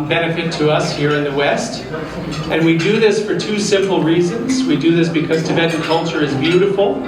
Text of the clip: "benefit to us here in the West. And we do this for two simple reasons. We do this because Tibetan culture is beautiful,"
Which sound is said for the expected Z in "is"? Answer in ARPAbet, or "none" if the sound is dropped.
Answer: Z